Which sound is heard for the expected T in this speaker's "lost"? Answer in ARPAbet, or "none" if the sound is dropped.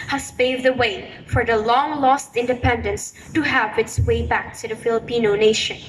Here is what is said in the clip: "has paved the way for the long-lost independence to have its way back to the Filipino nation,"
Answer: T